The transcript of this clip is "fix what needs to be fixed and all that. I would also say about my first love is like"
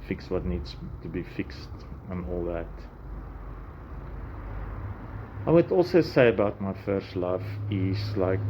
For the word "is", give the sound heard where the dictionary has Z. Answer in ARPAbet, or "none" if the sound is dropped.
S